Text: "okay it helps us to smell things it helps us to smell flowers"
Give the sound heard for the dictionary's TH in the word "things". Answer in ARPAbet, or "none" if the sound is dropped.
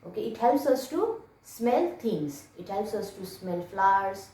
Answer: T